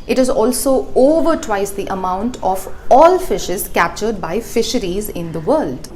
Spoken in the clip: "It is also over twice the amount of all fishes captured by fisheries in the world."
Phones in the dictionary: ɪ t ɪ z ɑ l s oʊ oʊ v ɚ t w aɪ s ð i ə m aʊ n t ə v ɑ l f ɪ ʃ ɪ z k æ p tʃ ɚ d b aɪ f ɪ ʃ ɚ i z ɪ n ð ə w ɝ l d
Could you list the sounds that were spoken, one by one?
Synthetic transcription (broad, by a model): ɪ t ɪ z ɑ l s oʊ oʊ v ɚ t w aɪ s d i ə m aʊ n t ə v ɑ l f ɪ ʃ ɪ z k æ p tʃ ɚ d b aɪ f ɪ ʃ ɚ i z ɪ n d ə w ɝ l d